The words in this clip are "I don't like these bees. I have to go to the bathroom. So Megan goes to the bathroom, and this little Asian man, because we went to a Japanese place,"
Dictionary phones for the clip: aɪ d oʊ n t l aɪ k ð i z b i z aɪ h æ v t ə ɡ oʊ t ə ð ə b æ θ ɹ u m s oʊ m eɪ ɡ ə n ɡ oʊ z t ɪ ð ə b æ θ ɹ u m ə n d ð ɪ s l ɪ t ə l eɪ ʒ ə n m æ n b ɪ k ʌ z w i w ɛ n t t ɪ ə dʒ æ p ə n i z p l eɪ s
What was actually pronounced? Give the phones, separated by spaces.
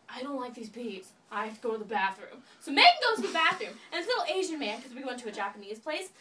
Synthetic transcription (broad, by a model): aɪ d oʊ n t l aɪ k ð i z b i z aɪ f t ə ɡ oʊ t ə ð ə b æ θ ɹ u m s oʊ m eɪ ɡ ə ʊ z t ɪ ð ə b æ θ ɹ u m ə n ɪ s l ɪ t l eɪ ʒ ə n m æ n k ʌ z w i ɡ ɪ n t t ɪ ə dʒ æ p ə n i z p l eɪ s